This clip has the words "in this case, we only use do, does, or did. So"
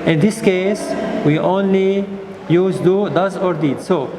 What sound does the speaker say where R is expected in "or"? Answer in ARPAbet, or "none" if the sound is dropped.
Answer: R